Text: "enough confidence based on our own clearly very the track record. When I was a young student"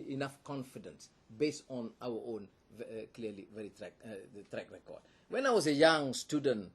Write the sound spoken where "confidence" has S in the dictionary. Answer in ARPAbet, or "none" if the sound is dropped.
S